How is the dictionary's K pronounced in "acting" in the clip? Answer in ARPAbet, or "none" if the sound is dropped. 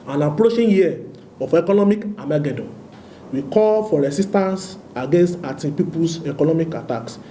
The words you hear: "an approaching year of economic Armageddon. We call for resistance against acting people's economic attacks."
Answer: none